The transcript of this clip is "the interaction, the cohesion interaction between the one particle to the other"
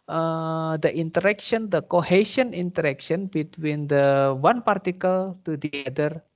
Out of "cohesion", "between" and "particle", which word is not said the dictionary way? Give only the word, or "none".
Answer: cohesion